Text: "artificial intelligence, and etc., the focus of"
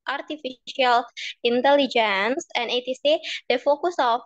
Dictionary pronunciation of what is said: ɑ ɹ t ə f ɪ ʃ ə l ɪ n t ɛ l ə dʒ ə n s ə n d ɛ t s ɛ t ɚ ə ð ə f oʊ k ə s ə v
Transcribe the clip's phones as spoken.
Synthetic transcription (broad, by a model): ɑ ɹ t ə f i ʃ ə l ɪ n t ɛ l ə dʒ ə n s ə n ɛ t i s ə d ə f oʊ k ə s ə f